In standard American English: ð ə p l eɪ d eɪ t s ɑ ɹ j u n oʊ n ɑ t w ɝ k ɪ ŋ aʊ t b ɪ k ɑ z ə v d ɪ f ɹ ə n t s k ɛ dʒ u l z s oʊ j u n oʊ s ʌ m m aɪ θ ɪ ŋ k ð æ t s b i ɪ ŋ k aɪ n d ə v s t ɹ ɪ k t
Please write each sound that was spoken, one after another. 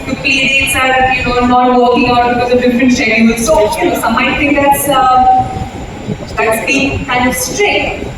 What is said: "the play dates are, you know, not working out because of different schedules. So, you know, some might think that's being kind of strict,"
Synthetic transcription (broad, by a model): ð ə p eɪ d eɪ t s ɑ ɹ j u n oʊ n ɑ t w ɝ k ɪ ŋ aʊ t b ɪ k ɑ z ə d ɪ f ɹ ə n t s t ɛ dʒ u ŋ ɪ s oʊ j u n oʊ s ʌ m m aɪ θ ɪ ŋ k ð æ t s b i ɪ ŋ k aɪ n d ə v s t ɹ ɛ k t